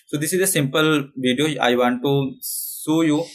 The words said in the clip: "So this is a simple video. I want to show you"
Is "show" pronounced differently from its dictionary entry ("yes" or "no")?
yes